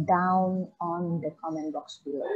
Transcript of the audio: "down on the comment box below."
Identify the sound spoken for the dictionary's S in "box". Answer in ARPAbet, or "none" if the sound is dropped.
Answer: S